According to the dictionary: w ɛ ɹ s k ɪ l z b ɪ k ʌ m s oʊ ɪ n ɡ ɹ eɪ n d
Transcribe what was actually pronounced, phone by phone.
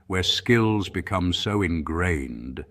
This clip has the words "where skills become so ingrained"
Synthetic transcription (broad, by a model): w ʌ ɹ s k ɪ l z b ɪ k ʌ m s oʊ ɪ n ɡ ɹ eɪ n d